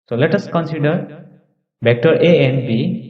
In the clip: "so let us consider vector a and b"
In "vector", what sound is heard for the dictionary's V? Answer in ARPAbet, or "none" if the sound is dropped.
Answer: B